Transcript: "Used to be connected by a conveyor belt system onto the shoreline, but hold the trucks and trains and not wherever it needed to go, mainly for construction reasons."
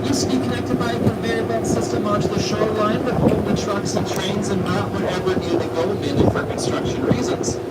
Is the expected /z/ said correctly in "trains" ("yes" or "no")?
yes